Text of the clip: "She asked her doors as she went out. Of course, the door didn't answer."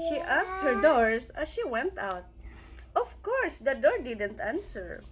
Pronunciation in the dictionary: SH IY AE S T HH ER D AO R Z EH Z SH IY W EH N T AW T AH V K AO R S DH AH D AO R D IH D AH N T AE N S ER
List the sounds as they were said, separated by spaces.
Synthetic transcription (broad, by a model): SH IY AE S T HH ER D AO R S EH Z SH IY W EH N T AW T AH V K AO R S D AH D AO R D IH D AH N T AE N S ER